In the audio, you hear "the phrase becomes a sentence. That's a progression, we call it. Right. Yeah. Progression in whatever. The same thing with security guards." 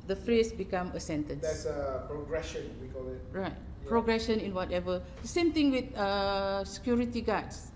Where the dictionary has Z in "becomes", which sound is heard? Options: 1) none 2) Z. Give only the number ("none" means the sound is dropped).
1